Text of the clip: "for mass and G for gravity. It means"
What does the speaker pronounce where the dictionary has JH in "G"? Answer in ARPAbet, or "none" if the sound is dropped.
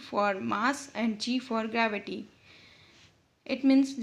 CH